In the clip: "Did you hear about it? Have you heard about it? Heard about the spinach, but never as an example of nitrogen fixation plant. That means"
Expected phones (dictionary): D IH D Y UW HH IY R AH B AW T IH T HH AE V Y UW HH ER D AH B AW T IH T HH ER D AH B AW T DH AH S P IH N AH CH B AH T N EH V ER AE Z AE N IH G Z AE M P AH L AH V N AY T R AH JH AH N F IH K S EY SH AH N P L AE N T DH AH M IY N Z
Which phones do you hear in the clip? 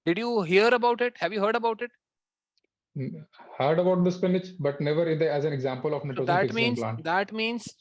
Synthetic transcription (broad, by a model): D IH D Y UW HH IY R AH B AW T IH T HH AE V Y UW HH ER D AH B AW T IH T HH ER D AH B AW T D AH S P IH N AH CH B AH T N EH V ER AE Z AE N IH G Z AE M P AH L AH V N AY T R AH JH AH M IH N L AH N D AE T M IY N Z